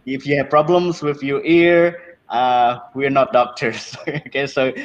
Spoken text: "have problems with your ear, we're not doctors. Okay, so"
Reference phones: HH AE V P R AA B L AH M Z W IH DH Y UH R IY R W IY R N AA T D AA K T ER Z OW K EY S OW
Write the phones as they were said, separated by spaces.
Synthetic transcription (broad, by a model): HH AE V P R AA B L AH M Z W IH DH Y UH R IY R W IY R N AA T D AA K T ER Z OW K EY S OW